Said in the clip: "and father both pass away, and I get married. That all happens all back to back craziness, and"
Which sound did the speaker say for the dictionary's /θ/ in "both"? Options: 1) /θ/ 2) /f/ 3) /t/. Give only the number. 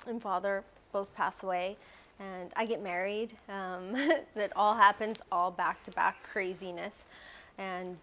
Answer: 1